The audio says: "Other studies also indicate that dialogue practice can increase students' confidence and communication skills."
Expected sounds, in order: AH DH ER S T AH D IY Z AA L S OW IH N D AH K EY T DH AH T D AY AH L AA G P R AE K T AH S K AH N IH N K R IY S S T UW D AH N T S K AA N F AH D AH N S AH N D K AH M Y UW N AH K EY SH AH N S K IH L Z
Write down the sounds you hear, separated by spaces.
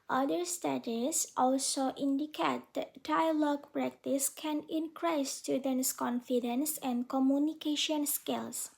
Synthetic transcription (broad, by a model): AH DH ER S T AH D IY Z AA L S OW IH N D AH K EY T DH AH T D AY AH L AA G P R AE K T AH S K AH N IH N K R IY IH S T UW D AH N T S K AA N F AH D AH N S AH N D K AH M Y UW N AH K EY SH AH N S K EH L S